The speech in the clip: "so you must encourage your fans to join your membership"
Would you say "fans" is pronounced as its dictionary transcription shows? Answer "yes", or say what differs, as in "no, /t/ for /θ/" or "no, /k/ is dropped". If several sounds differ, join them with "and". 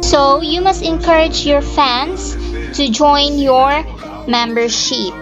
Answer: no, /s/ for /z/